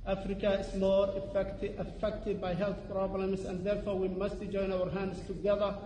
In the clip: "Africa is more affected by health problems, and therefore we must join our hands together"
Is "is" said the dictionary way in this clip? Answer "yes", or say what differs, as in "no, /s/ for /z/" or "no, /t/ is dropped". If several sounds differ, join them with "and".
no, /s/ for /z/